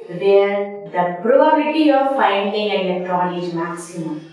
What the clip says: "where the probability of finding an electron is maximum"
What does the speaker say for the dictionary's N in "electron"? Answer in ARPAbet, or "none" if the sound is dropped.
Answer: L